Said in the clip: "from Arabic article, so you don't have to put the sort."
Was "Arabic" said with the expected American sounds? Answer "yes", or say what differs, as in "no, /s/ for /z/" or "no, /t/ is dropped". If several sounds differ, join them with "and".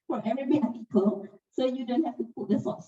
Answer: no, /k/ is dropped